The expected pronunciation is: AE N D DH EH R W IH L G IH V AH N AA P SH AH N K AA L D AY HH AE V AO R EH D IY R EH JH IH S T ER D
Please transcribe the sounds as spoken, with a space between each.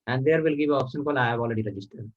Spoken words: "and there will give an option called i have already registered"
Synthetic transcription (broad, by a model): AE N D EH R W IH L G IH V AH AA P SH AH N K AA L AY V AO L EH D IY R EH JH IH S T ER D